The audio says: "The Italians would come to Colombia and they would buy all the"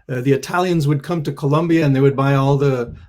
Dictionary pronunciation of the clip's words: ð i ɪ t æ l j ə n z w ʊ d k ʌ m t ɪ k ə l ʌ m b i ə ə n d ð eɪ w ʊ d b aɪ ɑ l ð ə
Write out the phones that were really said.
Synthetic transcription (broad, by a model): ð i ɪ t æ l j ə n z w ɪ d k ʌ m t ɪ k ə l ʌ m b i ə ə n ð eɪ w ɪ d b aɪ ɑ l ð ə